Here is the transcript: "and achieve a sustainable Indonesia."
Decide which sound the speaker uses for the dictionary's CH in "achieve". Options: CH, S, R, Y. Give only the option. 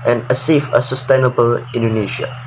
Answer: S